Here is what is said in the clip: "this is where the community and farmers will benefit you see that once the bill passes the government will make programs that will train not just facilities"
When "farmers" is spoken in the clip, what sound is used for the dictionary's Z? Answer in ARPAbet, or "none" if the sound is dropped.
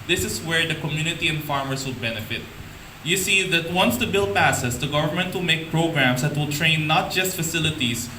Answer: S